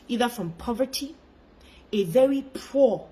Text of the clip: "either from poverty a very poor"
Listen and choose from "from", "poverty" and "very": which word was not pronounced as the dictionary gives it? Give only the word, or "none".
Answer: none